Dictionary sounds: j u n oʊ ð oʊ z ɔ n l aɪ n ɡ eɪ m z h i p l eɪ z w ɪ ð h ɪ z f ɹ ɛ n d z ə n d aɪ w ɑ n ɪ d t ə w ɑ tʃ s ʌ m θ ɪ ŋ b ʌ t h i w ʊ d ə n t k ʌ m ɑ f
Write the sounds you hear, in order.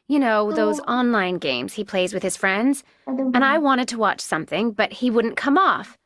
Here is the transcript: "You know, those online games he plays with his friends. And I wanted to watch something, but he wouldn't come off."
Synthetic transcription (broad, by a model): j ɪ n oʊ ð oʊ z ɔ n l aɪ n ɡ eɪ m z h i p l eɪ z w ɪ ð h ɪ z f ɹ ɛ n d z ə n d aɪ w ɑ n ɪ d t ə w ɑ tʃ s ʌ m θ ɪ ŋ b ʌ t h i w ʊ d n k ʌ m ɑ f